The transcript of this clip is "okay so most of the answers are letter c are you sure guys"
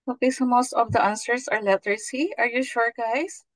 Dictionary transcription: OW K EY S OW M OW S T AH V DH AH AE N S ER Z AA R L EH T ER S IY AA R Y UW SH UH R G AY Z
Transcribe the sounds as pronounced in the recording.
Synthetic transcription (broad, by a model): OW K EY S OW M OW S T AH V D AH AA N S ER S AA R L EH T ER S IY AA R Y UW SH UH R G AY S